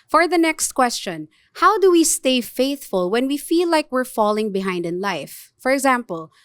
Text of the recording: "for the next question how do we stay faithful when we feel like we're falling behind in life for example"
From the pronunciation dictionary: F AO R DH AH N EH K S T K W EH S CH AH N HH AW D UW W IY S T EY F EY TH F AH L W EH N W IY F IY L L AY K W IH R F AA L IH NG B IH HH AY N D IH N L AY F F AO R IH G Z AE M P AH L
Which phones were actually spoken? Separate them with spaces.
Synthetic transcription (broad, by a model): F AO R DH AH N EH K S T K W EH S CH AH N HH AW D UW W IY S T EY F EY TH F AH L W EH N W IY F IY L L AY K W IH R F AA L IH NG B IH HH AY N D IH N L AY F F AO R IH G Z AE M P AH L